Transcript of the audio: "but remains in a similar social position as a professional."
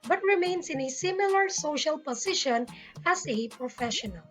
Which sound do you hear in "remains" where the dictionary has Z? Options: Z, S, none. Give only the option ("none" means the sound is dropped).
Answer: S